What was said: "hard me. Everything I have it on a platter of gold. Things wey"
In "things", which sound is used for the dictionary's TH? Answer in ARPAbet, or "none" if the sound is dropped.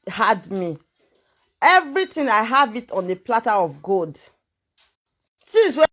S